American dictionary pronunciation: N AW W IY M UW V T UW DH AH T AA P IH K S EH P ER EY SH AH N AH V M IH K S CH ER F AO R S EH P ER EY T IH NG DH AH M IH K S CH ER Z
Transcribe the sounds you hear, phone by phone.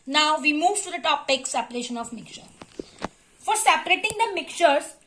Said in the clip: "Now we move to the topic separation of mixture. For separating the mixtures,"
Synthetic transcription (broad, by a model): N AW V IY M UW V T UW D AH T AA P IH K S EH P ER EY SH AH N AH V M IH K CH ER F AO R S EH P ER EY T IH NG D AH M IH K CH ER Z